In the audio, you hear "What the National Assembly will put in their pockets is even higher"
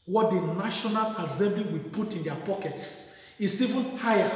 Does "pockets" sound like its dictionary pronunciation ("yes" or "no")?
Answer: yes